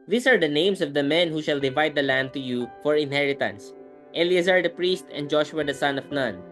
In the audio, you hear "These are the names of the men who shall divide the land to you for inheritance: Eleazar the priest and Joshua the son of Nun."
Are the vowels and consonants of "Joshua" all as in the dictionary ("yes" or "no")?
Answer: yes